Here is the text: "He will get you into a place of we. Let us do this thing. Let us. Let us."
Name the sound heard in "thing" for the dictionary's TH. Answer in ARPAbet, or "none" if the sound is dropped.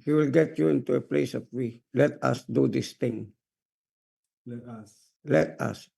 T